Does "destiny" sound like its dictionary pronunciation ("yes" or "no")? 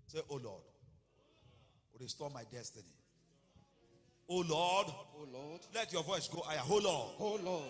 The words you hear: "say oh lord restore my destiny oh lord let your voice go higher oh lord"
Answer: yes